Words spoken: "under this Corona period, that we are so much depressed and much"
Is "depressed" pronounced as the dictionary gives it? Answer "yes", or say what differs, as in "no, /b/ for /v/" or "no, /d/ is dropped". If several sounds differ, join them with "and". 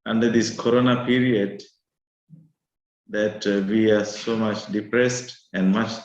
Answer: yes